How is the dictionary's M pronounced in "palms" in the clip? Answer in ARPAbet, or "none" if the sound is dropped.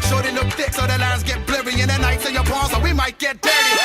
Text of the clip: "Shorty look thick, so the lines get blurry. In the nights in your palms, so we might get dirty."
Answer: none